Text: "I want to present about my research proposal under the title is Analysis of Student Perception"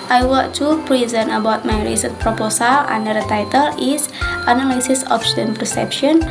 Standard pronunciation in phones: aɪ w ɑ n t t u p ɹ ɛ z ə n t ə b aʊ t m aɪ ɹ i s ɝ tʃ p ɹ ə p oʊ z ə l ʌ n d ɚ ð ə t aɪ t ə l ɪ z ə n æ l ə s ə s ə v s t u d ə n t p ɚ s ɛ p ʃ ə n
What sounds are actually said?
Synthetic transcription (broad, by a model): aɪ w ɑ t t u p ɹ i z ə n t ə b aʊ t m aɪ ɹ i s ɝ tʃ p ɹ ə p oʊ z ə l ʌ n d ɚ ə t aɪ t ə l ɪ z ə n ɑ l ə s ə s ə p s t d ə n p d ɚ s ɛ p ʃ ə n